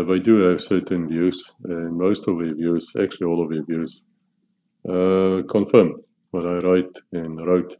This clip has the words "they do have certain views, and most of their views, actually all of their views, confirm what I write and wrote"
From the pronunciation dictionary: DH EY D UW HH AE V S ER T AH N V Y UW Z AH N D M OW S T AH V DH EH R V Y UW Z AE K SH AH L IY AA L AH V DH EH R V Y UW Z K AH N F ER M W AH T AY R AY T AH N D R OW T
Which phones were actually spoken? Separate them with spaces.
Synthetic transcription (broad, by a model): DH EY D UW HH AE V S ER T AH N V Y UW Z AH N M OW S T AH V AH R V Y UW Z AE K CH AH L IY AA L AH V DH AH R V Y UW Z K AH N F ER M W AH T AY R AY T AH N R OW T